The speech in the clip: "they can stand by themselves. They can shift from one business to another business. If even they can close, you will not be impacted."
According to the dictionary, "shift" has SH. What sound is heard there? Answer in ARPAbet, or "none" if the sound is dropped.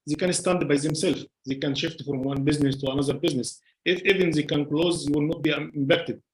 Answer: SH